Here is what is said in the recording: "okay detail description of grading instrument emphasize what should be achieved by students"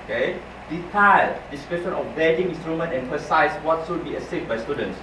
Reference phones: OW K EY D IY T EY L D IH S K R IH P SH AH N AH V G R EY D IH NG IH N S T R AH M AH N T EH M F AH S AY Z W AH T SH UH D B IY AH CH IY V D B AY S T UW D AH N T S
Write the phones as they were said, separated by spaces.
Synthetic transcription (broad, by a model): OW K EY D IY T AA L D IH S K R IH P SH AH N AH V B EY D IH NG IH N S T R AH M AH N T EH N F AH S AY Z W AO T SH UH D B IY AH S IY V B AY S T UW D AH N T S